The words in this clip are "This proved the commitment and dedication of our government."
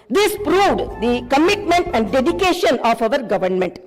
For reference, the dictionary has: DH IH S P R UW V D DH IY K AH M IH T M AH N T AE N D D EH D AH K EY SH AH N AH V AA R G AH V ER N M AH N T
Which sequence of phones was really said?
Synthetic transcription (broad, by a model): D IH S P R UW V D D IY K AH M IH T M AH N T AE N D D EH D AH K EY SH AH N AH V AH R G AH V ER N M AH N T